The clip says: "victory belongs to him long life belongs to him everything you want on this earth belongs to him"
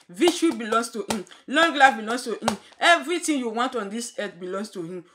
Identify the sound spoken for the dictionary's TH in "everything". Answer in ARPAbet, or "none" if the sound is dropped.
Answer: T